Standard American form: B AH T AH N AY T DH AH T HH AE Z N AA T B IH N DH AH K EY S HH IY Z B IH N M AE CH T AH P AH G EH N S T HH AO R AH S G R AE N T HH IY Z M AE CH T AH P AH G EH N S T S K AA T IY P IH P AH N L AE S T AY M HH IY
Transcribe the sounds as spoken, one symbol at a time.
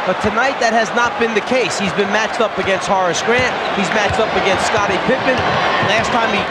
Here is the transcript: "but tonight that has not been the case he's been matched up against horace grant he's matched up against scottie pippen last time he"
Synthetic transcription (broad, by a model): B AH T AH N AY T DH AH T HH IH Z N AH T B IH N DH AH K EY S HH IY Z B IH N M AE CH T AH P AH G EH N S T HH AO R AH S G R AE N T HH IY Z M AE CH T AH P AH G EH N S T S K AA T IY P IH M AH N L AE S T AY M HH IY